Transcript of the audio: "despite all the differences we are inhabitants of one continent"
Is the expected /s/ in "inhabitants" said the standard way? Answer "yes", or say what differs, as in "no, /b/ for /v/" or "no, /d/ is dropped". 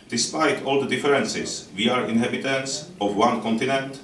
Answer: yes